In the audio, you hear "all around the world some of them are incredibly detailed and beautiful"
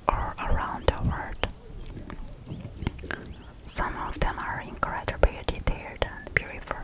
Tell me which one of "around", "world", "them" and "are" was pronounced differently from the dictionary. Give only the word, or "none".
world